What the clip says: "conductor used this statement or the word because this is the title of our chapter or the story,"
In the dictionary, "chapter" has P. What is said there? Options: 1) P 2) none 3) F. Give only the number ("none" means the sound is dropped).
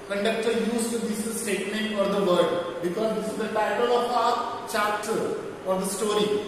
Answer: 2